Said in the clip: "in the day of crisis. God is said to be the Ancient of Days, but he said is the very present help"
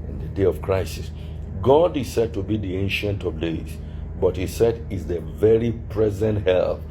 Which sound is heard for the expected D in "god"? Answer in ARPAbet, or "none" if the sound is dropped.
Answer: D